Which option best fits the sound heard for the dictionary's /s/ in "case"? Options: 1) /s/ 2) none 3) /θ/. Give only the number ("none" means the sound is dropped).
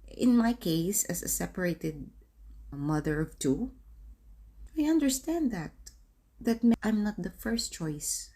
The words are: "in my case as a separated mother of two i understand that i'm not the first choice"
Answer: 1